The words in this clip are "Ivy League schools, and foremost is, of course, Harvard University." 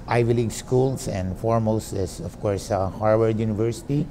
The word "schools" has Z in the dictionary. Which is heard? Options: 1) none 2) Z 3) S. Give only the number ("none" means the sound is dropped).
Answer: 3